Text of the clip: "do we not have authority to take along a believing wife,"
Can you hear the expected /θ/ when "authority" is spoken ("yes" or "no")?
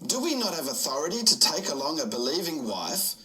yes